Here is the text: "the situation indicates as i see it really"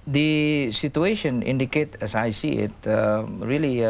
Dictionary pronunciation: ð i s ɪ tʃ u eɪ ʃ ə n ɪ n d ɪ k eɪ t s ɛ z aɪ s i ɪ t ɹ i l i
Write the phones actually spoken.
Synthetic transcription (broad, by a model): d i s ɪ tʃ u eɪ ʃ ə n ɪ n d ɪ k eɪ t ɛ s aɪ s i ɪ t ɹ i l i